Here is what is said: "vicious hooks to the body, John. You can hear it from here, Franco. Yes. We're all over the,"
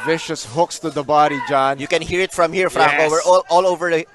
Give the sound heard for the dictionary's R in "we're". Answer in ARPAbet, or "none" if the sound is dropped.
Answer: L